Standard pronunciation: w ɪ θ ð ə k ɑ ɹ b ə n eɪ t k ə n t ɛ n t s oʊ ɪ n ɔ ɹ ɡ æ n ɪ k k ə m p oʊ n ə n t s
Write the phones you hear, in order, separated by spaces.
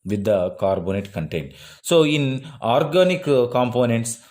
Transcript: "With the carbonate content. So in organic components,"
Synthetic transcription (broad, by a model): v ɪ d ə k ɑ ɹ b ə n eɪ t k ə n t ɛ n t s oʊ ɪ n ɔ ɹ ɡ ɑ n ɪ k k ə m p oʊ n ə n t s